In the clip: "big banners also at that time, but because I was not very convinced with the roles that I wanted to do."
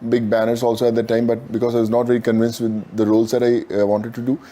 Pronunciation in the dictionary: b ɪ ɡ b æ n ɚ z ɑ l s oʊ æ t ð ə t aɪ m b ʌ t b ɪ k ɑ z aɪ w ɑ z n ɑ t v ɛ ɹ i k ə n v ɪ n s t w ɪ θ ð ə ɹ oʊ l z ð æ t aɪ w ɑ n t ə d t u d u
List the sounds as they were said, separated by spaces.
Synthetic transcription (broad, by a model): b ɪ ɡ b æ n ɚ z ɑ l s oʊ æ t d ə t aɪ m b ʌ t b ɪ k ɑ z aɪ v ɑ z n ɑ t v ɛ ɹ i k ə n v ɪ n s t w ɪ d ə ɹ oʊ l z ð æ t aɪ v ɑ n t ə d t u d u